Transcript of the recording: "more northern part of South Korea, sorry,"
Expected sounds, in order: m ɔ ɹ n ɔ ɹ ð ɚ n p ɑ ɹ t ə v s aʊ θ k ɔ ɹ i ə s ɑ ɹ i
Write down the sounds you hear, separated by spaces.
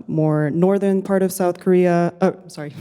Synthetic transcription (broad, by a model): m ɔ ɹ n ɔ ɹ ð ɚ n p ɑ ɹ t ə v s aʊ θ k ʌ ɹ i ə s ɑ ɹ i